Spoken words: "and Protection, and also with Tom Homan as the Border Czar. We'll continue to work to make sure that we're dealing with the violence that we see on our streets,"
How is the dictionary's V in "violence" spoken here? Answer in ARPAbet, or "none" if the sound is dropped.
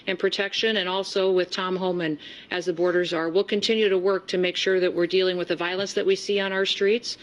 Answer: V